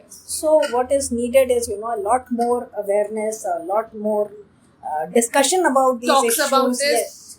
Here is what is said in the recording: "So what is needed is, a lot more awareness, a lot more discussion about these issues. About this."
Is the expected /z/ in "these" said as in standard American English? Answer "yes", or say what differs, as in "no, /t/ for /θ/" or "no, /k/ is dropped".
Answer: no, /z/ is dropped